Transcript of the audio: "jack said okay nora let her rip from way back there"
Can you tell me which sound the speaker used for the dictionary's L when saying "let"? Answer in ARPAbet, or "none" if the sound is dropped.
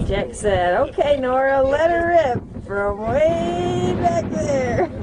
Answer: L